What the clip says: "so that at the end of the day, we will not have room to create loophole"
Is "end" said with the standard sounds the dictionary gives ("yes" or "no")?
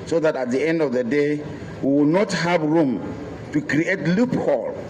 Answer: yes